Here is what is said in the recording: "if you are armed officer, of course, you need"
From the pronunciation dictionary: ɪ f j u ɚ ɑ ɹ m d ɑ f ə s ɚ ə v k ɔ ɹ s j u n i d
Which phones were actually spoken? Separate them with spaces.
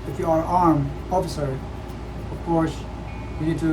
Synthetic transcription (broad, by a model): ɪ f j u ɚ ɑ ɹ m ɑ f ə s ɚ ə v k ɔ ɹ s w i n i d